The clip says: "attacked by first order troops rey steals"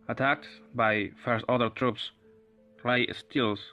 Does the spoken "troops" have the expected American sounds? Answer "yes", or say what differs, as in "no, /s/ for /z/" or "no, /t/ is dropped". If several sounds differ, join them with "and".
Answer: yes